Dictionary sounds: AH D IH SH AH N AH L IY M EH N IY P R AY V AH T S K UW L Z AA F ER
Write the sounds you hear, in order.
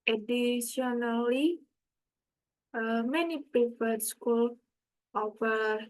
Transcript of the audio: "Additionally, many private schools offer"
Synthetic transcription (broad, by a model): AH D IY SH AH N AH L IY M EH N IY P EH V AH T S K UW L AA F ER